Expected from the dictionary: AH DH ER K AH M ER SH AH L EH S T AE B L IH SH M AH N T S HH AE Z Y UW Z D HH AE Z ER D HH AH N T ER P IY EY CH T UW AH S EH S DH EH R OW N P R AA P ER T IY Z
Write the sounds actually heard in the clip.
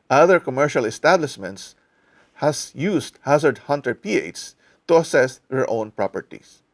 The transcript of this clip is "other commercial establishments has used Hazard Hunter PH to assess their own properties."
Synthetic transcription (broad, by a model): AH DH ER K AH M ER SH AH L EH S T AE B L IH SH M AH N T S HH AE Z Y UW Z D HH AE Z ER D HH AH N T ER P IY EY S T UW AH S EH S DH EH R OW N P R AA P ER T IY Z